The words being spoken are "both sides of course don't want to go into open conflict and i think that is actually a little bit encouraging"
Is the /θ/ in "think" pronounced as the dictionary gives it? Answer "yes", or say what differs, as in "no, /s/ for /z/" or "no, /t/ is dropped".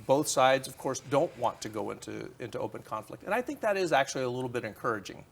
yes